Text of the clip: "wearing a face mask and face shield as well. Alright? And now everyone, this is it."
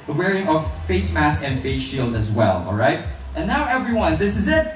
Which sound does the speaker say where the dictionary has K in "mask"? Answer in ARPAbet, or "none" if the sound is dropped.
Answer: none